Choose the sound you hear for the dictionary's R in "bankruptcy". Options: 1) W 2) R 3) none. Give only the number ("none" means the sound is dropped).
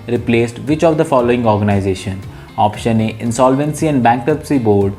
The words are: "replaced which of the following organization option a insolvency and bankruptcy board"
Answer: 3